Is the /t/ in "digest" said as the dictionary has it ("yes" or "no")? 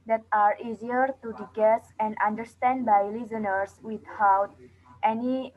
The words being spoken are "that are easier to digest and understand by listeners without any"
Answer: no